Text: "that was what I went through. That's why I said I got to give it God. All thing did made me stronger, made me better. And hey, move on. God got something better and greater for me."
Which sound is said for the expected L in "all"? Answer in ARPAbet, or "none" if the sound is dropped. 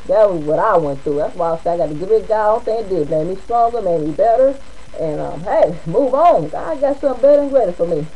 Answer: N